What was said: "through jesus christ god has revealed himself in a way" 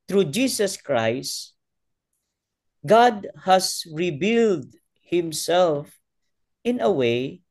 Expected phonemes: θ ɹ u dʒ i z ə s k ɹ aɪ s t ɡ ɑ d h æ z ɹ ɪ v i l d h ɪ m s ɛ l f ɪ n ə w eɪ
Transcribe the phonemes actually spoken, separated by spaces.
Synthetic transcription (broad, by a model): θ ɹ u dʒ i s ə s k ɹ aɪ s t ɡ ɑ d h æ s ɹ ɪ b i l d h ɪ m s ɛ l f ɪ n ə w eɪ